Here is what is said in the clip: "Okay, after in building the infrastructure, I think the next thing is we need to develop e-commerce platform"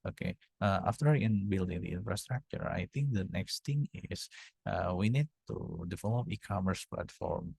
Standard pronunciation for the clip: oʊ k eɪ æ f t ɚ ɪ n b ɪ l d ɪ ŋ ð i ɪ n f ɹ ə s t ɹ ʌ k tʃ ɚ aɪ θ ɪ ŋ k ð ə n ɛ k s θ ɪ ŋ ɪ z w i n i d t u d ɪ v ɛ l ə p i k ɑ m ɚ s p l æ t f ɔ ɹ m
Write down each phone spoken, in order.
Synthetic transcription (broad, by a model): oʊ k eɪ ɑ f t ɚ ɪ n b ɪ l d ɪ ŋ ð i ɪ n f ɹ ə s t ɹ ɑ k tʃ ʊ aɪ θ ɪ ŋ k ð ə n ɛ k s t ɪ ŋ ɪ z w i n i d t u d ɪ f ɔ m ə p i k ɑ m ɚ s p l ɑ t f ɔ ɹ m